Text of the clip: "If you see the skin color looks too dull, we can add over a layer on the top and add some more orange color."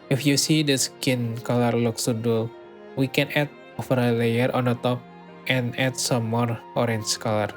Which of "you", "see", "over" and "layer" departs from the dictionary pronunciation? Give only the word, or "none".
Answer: over